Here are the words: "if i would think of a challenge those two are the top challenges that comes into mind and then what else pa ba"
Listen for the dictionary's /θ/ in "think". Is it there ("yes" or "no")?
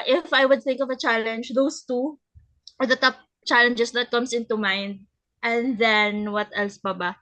yes